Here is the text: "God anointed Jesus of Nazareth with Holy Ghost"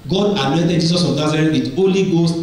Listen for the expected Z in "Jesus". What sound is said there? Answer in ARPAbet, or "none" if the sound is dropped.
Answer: S